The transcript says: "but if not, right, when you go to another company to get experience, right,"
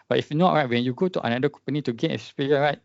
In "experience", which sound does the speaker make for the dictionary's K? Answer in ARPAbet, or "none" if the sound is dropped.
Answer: none